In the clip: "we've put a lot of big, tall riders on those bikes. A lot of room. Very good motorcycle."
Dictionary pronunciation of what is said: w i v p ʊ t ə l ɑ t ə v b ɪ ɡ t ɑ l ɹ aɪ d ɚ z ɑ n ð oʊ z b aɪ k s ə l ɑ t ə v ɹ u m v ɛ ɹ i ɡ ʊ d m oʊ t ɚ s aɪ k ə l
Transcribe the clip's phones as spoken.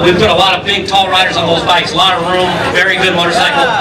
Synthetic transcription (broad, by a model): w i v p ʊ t ə l ɑ t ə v b ɪ ɡ t ɑ l ɹ aɪ d ɚ z n ð oʊ z b aɪ k s l ɑ t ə ɹ u m v ɛ ɹ i ɡ ʊ d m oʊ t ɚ s aɪ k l